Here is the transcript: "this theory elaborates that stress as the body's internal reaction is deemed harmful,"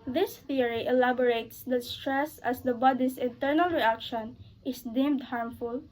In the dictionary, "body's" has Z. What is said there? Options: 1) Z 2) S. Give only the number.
2